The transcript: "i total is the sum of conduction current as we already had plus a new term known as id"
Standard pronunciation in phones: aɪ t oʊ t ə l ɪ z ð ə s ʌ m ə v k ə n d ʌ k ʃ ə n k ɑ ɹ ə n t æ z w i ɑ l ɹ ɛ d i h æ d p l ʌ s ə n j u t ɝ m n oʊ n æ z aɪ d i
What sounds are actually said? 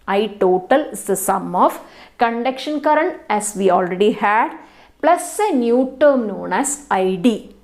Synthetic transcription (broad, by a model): aɪ t oʊ t ə l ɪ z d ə s ʌ m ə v k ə n d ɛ k ʃ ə n k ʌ ɹ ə n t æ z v i ɑ l ɹ ɛ d i h æ d p l ʌ s ə n j u t ɝ m n oʊ n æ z aɪ d i